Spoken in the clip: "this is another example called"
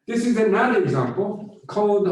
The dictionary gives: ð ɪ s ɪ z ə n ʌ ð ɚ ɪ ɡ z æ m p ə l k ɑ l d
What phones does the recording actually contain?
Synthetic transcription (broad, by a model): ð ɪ s ɪ z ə n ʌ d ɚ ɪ ɡ z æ m p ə l k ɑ l d